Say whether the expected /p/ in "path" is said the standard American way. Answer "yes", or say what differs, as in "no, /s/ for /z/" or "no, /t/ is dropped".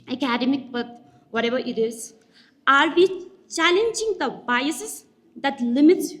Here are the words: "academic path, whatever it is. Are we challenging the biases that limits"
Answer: no, /b/ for /p/